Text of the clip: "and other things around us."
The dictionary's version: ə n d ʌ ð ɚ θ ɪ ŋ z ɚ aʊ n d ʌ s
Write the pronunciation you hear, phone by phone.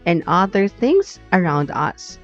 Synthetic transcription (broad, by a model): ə n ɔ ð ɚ θ ɪ ŋ z ɚ aʊ n d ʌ s